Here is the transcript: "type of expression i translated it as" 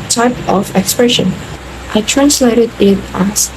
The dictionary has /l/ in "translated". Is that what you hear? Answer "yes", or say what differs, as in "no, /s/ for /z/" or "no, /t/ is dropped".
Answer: yes